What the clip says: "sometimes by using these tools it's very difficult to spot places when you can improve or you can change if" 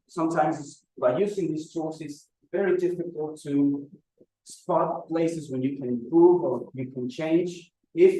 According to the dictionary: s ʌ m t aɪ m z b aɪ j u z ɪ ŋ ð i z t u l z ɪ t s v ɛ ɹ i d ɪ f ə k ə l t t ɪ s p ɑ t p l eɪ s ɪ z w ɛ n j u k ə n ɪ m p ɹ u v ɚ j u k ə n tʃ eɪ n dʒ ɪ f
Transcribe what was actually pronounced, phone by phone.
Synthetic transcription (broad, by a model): s ʌ m t aɪ m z b aɪ j u z ɪ ŋ ð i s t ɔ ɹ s ɪ t s v ɛ ɹ i d ɪ f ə k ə l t t ɪ s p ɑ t p l eɪ s ɪ z w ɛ n j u k ə n ɪ m p ɹ u v ɚ j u k ə n tʃ eɪ n dʒ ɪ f